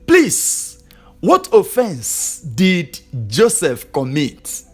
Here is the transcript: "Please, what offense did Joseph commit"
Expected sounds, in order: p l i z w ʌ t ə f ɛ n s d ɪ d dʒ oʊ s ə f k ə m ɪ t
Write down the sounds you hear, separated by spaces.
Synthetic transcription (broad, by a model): p l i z w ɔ t ə f ɛ n s d ɪ d dʒ oʊ s ə f k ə m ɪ t